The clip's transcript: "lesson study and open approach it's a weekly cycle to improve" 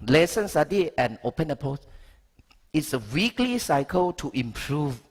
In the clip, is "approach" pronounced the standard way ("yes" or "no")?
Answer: no